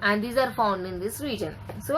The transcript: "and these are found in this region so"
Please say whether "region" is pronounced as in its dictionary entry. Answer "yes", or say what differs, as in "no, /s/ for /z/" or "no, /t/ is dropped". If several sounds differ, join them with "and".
yes